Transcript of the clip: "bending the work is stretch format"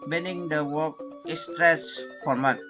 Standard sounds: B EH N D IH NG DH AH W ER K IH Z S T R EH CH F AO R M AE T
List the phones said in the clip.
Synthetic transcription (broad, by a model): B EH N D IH NG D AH W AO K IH S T R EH S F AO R M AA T